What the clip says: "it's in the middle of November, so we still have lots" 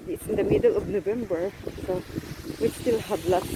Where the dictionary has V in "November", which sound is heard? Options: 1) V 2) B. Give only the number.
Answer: 2